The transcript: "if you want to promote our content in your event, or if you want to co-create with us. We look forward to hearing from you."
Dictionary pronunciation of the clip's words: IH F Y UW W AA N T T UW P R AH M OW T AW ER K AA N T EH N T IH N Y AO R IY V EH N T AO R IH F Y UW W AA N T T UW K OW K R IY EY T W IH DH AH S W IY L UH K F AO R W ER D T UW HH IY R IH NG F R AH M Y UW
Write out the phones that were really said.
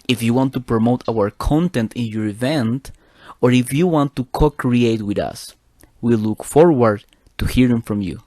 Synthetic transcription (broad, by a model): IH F Y UW W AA N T T UW P R AH M OW T AW ER K AA N T EH N T IH N Y AO R IY V EH N T AO R IH F Y UW W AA N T T UW K OW K R IY EY T W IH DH AH S W IY L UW K F AO R W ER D T UW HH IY R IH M F R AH M Y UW